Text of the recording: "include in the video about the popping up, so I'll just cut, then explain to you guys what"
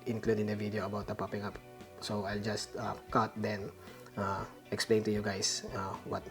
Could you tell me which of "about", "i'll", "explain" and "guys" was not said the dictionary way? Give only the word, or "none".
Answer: guys